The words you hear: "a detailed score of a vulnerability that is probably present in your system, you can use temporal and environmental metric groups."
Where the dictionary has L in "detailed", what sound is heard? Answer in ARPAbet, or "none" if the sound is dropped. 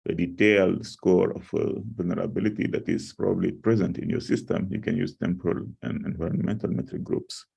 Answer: L